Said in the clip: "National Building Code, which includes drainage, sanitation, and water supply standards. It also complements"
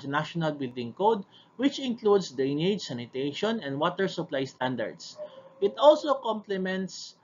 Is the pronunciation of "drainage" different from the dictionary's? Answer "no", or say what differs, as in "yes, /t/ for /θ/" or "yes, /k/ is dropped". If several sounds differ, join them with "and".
yes, /ɹ/ is dropped